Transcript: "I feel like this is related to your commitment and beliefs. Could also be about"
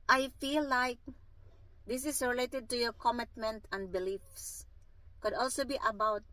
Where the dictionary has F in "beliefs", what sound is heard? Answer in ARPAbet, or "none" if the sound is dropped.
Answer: F